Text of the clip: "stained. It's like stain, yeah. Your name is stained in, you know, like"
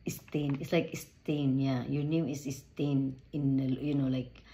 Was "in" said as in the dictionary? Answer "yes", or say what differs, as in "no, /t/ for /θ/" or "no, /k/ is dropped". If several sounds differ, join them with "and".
no, /l/ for /n/